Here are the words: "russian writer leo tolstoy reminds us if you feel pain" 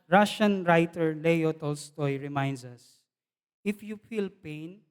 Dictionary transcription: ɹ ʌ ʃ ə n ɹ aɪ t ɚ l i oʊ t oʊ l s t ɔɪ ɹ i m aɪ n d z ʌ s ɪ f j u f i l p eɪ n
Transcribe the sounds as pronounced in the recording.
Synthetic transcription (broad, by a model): ɹ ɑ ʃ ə n ɹ aɪ t ɚ l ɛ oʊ t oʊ l s t ɔɪ ɹ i m aɪ n d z ʌ s ɪ f j u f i l p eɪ n